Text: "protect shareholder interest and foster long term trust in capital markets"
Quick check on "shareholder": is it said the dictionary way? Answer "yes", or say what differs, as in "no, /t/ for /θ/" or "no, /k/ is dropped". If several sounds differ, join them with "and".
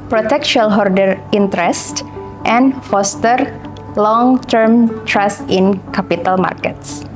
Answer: no, /l/ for /ɹ/